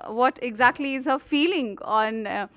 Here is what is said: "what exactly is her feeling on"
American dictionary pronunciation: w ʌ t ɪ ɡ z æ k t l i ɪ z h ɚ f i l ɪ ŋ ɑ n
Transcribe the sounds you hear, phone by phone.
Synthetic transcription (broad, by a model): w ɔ t ɪ ɡ z æ k t l i ɪ z h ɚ f i l ɪ ŋ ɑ n